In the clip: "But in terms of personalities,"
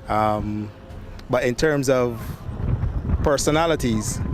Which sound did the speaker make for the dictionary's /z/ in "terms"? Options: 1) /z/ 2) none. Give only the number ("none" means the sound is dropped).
1